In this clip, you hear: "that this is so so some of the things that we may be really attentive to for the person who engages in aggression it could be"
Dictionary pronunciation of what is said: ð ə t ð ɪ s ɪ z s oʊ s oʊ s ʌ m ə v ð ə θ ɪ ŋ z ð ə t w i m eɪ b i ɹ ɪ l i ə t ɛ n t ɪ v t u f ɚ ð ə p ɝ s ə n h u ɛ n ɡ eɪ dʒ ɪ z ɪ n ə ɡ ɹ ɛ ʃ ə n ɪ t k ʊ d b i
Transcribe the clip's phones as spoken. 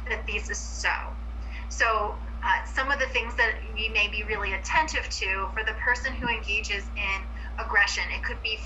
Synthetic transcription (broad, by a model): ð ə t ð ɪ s ɪ z s oʊ s oʊ s ʌ m ə v ð ə θ ɪ ŋ z ð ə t w i m eɪ b i ɹ ɪ l i ə t ɛ n t ɪ v t u f ɚ ð ə p ɝ s ə n h u ɛ n ɡ eɪ dʒ ɪ z ɪ n ə ɡ ɹ ɛ ʃ ə n ɪ t k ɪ d b i